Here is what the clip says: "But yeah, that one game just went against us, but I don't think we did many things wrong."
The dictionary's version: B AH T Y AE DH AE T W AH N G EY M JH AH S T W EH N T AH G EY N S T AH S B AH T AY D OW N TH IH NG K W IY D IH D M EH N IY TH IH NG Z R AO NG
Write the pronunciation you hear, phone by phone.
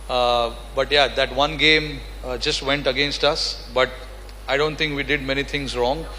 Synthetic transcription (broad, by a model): B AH T Y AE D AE T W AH N G EY M JH AH S T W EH N T AH G EY N S T AH S B AH T AY D OW N T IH NG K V IY D IH D M EH N IY T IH NG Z R AO NG